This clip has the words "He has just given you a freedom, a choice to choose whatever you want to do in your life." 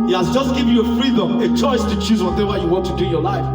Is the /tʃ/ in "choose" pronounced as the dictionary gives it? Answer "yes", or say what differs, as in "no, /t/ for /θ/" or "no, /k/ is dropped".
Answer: yes